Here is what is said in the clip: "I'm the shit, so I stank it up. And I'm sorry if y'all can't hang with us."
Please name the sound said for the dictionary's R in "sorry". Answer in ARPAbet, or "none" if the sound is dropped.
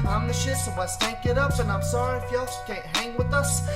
R